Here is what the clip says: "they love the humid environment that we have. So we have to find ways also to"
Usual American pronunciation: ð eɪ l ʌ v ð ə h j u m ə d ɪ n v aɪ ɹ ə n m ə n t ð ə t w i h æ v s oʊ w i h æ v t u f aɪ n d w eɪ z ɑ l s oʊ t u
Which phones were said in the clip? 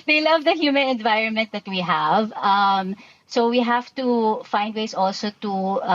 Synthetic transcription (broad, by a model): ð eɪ l ʌ v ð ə h j u m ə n ɪ n v aɪ ɹ ə n m ə n t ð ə t w i h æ v s oʊ w i h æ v t u f aɪ n d w eɪ s ɑ l s oʊ t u